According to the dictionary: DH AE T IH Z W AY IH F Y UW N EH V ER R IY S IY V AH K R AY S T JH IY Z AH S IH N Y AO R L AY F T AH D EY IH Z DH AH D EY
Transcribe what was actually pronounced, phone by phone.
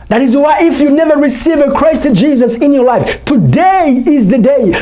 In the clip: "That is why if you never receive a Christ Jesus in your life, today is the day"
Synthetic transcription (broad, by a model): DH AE T IH Z W AY IH F Y UW N EH V ER R IY S IY V AH K R AY S T JH IY Z AH S IH N Y AO R L AY F T AH D EY IH Z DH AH D EY